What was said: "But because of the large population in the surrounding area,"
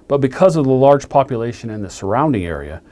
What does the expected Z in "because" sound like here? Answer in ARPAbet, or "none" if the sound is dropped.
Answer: Z